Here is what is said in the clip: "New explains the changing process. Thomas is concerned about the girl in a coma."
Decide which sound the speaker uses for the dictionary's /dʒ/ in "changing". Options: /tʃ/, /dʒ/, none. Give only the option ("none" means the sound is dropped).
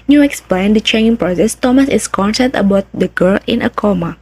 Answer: none